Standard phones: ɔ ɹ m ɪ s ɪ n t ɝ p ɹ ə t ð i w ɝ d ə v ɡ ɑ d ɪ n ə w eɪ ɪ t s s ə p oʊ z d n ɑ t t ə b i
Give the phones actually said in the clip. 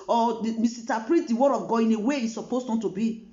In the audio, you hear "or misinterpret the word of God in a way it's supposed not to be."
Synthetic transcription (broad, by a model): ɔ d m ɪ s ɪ t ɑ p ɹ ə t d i w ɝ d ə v ɡ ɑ ɪ n ə w eɪ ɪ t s s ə p oʊ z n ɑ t t ə b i